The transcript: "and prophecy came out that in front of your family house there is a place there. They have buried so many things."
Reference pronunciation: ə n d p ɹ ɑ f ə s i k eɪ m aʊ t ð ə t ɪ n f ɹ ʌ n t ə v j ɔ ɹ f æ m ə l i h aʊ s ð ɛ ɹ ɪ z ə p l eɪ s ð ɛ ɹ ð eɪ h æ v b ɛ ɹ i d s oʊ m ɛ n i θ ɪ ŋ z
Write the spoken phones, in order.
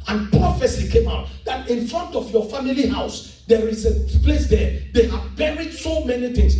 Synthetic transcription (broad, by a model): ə n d p ɹ ɑ f ə s i k eɪ m aʊ t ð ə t ɪ n f ɹ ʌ n t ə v j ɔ f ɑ m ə l i h aʊ s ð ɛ ɹ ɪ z ə p l eɪ s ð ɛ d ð eɪ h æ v b ɛ ɹ i d s oʊ m ɛ n i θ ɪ ŋ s